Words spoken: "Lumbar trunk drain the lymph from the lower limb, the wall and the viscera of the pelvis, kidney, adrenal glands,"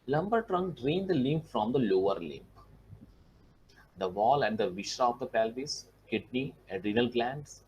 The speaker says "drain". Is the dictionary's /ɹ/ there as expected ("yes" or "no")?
yes